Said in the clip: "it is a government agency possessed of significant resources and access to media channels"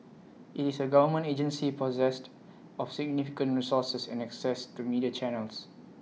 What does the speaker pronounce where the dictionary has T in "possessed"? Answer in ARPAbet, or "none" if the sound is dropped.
T